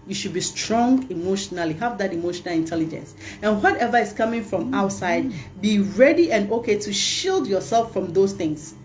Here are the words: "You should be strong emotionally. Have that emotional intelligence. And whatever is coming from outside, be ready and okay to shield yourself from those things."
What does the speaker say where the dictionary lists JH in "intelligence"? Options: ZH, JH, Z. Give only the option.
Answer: JH